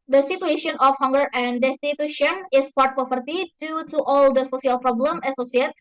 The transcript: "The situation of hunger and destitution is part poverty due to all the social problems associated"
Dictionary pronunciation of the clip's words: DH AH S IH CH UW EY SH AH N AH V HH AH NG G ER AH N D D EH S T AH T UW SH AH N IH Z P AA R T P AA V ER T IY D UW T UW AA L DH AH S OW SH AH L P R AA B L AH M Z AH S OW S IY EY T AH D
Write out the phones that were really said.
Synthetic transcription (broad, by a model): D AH S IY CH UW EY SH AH N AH F HH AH NG G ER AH N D D EH S T AH T UW SH AH N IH S P AA R T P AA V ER T IY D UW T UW AA L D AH S OW S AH L P R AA B L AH M AH S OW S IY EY T